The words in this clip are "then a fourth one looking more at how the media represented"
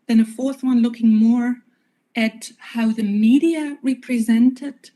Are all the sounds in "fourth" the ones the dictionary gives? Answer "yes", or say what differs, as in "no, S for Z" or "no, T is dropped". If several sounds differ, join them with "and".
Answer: yes